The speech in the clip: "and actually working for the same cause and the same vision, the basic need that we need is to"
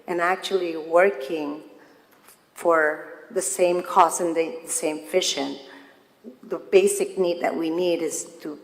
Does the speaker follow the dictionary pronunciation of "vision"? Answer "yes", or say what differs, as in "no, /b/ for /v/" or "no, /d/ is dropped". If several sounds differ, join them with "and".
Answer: no, /f/ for /v/ and /ʃ/ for /ʒ/